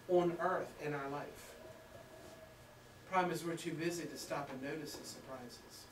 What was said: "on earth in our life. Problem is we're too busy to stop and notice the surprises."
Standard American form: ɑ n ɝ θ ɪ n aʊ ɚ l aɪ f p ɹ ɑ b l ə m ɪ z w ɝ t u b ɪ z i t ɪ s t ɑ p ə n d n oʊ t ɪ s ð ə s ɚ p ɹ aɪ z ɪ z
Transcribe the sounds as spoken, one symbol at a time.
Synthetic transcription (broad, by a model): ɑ n ɝ θ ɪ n aʊ ɚ l aɪ f p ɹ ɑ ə m ɪ z w ɝ t u b ɪ z i t ɪ s t ɑ p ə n n oʊ t ɪ s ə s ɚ p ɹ aɪ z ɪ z